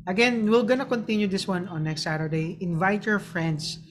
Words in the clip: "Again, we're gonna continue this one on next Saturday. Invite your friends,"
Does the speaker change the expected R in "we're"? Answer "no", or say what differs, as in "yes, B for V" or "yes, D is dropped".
yes, L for R